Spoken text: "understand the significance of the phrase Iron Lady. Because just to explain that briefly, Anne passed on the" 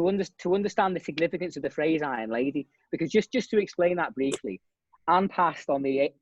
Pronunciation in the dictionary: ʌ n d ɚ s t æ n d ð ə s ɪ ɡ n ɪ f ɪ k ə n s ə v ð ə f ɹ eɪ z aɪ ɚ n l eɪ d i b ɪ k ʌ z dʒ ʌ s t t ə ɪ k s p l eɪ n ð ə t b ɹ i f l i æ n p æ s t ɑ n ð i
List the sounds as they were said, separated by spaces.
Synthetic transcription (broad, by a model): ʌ n d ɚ s t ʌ n d ð ə s ɪ ɡ n ɪ f ɪ k ə n s ə v ð ə f ɹ eɪ z aɪ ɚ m l eɪ d i b ɪ k ʌ z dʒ ʌ s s t ə ɪ k s p l eɪ n ð ə t b ɹ i f l i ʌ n p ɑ s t n ð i